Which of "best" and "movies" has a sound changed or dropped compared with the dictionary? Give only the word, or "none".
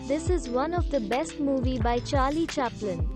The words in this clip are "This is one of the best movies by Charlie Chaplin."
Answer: movies